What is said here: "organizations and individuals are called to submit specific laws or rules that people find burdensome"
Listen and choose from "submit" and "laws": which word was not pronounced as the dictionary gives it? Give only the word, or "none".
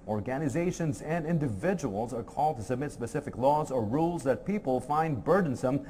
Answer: none